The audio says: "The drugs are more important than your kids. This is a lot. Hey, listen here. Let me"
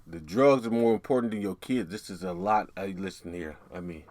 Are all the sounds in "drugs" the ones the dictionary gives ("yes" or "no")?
yes